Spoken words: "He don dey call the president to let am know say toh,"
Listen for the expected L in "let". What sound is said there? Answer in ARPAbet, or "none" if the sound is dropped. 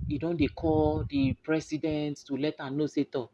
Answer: L